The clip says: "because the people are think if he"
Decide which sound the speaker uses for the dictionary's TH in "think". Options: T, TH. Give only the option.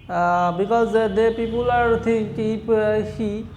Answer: T